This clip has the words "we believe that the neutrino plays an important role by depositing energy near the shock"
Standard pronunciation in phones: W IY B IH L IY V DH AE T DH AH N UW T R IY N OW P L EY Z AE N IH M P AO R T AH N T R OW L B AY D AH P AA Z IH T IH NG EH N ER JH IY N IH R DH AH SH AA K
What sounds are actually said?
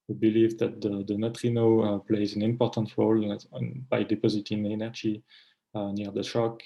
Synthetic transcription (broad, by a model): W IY B IH L IY V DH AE T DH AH N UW T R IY N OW P L EY Z AE N IH M P AO R T AH N T R OW L B AY D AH P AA Z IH T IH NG EH N ER JH IY N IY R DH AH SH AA K